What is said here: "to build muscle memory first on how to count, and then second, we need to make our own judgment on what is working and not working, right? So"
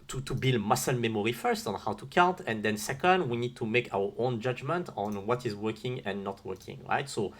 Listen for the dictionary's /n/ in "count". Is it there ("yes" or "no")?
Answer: yes